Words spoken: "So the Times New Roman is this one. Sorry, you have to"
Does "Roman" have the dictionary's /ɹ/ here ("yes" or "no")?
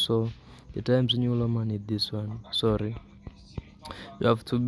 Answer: no